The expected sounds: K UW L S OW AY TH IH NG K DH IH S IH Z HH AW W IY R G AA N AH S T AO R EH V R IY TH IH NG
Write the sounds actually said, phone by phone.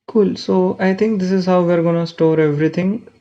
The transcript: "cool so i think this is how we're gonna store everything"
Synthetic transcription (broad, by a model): K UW L S OW AY T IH NG K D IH S IH Z HH AW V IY R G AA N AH S T AO R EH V R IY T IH NG